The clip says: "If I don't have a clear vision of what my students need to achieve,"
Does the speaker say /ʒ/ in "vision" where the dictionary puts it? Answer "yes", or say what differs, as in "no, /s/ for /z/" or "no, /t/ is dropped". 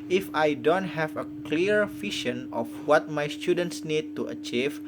no, /ʃ/ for /ʒ/